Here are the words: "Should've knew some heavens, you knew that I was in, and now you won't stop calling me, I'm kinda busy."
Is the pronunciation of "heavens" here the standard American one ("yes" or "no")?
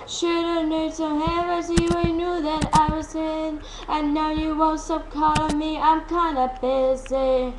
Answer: no